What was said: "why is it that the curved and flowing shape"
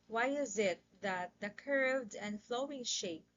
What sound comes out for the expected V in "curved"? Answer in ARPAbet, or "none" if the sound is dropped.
V